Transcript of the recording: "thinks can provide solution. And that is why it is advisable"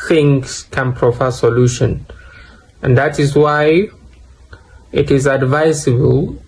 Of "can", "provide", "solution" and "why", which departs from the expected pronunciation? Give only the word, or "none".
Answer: provide